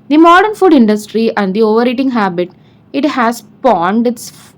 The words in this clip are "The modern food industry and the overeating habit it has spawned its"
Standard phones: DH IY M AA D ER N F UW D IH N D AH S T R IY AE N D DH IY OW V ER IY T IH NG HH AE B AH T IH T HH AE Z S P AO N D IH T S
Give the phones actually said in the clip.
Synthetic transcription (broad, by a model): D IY M AA D ER N F UW D IH N D AH S T R IY AE N D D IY OW V ER IY T IH NG HH AE B AH T IH T HH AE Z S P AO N D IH T S